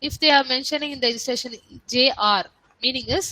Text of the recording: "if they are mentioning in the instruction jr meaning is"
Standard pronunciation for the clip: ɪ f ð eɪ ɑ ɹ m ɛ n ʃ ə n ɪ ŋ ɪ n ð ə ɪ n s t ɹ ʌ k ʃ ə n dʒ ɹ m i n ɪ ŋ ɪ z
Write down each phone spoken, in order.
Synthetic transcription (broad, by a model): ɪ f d eɪ ɑ ɹ m ɛ n ʃ ə n ɪ ŋ ɪ n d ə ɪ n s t ɛ ʃ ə n dʒ ɹ m i n ɪ ŋ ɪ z